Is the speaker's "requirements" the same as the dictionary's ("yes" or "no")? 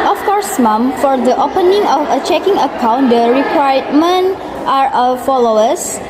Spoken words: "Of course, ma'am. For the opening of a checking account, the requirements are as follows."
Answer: no